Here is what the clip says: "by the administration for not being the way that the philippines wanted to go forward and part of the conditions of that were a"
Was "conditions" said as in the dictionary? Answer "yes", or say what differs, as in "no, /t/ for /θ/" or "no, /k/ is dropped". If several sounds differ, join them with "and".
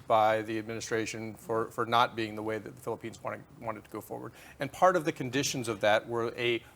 yes